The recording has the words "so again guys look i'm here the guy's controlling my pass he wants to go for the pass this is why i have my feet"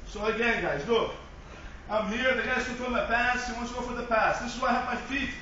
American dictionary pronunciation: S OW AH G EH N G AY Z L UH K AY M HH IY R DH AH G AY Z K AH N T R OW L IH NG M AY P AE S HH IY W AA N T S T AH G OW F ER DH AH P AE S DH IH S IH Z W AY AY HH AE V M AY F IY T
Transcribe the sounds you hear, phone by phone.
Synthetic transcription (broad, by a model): S OW AH G EH N G AY Z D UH AY M HH IY R DH AH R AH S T OW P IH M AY P AE S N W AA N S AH G OW F ER DH AH P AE S DH IH S IH Z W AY AY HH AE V M AY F IY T